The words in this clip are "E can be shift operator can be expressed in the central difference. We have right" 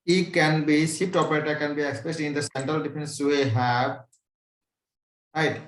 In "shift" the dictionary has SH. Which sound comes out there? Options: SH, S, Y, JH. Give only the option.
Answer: S